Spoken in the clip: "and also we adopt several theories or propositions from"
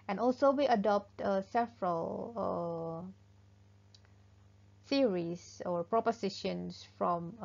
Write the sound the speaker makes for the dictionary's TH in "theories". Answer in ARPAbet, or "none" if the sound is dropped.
S